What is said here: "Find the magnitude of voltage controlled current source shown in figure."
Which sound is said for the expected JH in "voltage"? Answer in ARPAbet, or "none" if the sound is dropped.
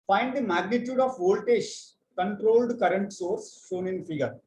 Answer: SH